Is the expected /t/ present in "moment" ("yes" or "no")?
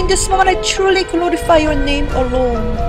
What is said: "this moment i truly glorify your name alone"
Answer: no